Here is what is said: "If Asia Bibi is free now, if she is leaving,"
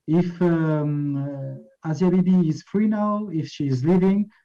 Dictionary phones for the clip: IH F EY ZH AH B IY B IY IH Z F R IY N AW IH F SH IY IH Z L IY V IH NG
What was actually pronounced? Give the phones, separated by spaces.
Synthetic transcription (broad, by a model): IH F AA Z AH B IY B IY IH Z F R IY N AW IH F SH IY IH Z L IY V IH NG